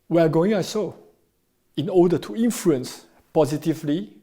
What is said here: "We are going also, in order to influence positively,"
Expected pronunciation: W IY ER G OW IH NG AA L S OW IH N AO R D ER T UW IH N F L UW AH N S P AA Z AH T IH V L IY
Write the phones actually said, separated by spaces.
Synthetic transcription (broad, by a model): W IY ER G OW IH NG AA S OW IH N AO D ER T UW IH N F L UW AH N S P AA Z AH T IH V L IY